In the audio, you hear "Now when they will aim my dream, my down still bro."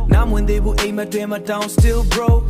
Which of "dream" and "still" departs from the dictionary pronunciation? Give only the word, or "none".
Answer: dream